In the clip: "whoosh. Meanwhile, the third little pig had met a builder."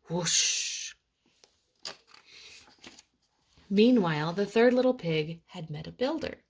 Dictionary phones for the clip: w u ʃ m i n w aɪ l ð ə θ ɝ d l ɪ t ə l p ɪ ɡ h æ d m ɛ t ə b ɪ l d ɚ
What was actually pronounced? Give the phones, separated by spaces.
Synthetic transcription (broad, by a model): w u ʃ m i n w aɪ l ð ə θ ɝ d l ɪ t l p ɪ ɡ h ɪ d m ɛ t ə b ɪ l d ɚ